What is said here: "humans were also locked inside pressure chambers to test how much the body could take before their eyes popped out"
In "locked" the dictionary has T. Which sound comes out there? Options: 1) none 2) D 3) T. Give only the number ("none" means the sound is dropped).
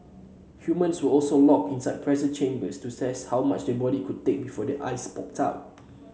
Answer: 1